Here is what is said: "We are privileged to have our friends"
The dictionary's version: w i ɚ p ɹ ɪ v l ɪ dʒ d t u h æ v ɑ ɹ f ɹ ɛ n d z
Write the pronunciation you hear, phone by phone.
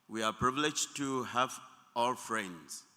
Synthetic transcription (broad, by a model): w i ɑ p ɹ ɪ v l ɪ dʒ t u h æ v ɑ l f ɹ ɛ n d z